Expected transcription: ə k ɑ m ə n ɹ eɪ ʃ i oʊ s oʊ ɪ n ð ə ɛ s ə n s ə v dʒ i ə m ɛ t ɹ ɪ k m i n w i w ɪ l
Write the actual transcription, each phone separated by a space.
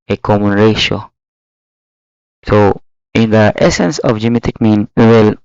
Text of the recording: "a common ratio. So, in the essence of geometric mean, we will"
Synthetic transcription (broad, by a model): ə k ɑ m ə n ɹ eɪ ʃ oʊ s oʊ ɪ n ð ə ɛ s ə n s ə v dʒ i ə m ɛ t ɪ k m i n w i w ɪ l